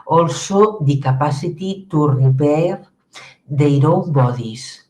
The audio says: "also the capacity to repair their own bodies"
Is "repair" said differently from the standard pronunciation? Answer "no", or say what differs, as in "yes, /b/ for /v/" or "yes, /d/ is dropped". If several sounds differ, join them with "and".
yes, /b/ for /p/